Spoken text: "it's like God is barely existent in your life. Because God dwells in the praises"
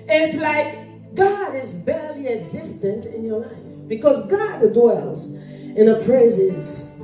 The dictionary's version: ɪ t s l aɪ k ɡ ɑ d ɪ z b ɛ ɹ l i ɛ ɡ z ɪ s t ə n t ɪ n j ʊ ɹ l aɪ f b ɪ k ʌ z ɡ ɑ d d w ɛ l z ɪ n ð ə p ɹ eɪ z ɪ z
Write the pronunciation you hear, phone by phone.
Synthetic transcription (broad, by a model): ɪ t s l aɪ k ɡ ɑ d ɪ z b ɛ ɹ l i ɛ ɡ z ɪ s t ə n t ɪ n j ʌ ɹ l aɪ f b ɪ k ʌ z ɡ ɑ d d w ɛ l z ɪ n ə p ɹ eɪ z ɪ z